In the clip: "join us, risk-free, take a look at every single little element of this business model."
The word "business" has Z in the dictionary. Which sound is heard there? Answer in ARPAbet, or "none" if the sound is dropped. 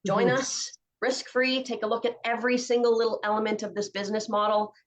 Z